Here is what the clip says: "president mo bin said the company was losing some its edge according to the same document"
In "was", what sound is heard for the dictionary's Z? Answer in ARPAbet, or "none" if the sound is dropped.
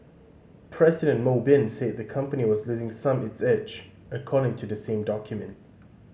Z